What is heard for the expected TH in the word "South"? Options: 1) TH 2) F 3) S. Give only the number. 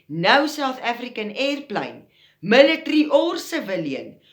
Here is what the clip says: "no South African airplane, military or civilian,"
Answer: 3